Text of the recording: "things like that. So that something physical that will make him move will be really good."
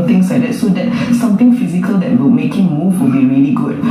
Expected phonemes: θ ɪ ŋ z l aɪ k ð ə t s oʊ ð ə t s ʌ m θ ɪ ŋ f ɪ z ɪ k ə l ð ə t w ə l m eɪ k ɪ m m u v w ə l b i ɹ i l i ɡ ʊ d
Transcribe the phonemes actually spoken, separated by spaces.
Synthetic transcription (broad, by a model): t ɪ ŋ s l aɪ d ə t s oʊ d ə t s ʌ m t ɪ ŋ f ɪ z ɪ k ə l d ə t w ə l m eɪ k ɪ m m u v w ə l b i ɹ i l i ɡ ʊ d